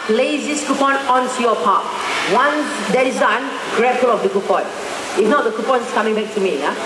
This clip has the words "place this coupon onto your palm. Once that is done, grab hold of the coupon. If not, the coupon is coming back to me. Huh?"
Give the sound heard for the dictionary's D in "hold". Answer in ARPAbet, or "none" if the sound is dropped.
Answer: none